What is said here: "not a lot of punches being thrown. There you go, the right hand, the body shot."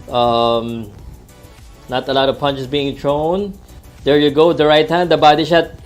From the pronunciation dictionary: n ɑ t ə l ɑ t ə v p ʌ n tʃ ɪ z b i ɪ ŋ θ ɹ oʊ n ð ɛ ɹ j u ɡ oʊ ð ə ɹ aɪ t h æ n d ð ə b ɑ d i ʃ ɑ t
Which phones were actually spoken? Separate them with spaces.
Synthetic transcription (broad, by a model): n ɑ t ə l ɑ t ə v p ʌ n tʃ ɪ s b i ɪ ŋ t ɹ oʊ n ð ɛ ɹ j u ɡ oʊ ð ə ɹ aɪ t h æ n d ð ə b ɑ d i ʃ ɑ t